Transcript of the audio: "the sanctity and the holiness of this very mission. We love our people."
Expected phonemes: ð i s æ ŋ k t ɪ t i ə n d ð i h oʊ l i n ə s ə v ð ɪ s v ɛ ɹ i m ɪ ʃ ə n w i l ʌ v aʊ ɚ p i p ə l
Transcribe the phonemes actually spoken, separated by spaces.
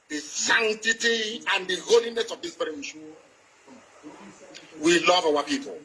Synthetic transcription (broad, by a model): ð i s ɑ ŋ t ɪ t i ə n d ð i h oʊ l i n ə s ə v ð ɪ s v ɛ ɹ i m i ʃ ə w i l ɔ v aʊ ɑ p i p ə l